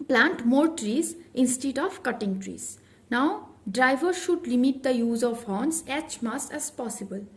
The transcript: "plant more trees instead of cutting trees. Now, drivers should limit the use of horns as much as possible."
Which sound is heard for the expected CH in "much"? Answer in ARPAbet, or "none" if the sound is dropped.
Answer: S